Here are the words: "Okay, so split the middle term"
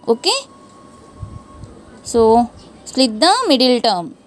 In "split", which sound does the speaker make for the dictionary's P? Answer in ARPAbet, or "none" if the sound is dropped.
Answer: none